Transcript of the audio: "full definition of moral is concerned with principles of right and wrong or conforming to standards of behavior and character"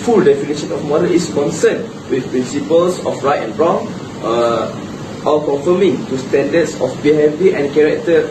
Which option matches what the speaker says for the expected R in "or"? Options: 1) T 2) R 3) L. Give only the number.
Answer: 3